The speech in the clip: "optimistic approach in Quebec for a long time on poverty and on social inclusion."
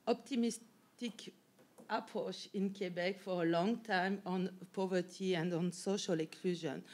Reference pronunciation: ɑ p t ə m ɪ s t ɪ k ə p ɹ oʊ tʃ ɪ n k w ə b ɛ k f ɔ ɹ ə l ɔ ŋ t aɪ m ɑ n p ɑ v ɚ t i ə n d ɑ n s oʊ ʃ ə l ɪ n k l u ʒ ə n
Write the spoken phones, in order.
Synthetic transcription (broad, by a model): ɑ p t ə m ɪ s t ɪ k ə p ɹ oʊ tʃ ɪ n k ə b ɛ k f ɔ ɹ ə l ɔ ŋ t aɪ m ɑ n p ɑ v ɚ t i ə n d ɑ n s oʊ ʃ ə l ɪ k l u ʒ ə n